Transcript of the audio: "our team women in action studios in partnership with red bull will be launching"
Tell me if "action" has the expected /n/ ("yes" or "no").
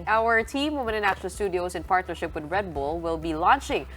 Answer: no